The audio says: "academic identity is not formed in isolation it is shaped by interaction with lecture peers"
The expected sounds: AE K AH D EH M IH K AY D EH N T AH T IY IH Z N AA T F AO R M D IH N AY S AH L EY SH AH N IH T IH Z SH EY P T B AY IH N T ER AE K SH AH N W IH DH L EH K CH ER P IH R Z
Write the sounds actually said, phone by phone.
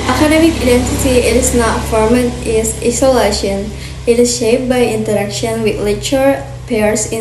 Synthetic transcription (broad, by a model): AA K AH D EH M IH K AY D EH N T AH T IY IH S N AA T F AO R M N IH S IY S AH L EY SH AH N IH T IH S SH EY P B AY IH N T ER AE K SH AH N W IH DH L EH CH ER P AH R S